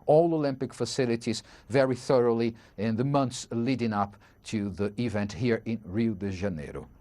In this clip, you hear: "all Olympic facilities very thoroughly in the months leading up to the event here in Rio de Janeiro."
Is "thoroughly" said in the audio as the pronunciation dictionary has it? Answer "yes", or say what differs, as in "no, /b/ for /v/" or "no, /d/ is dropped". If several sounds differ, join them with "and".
yes